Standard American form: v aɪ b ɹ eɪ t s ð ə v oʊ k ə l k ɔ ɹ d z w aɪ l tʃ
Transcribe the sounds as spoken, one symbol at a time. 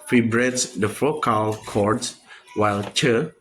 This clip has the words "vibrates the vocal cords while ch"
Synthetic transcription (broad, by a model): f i b ɹ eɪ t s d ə f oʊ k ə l k ɔ ɹ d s w aɪ l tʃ